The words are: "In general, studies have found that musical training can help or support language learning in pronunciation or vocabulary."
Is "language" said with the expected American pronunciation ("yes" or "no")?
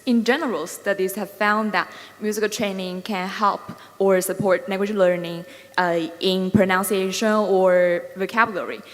no